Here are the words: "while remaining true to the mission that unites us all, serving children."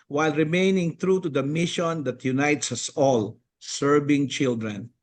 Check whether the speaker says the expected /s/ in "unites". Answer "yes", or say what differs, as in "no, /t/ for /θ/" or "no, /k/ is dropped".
yes